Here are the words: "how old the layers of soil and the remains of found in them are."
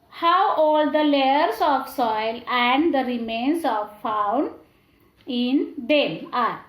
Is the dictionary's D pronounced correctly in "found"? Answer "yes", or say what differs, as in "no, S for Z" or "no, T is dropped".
no, D is dropped